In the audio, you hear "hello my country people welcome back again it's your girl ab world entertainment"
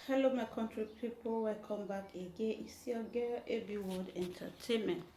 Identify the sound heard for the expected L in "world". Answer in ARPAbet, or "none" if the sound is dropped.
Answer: none